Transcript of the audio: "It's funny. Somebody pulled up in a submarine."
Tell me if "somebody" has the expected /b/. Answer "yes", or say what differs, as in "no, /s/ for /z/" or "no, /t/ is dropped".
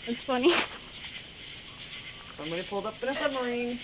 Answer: no, /b/ is dropped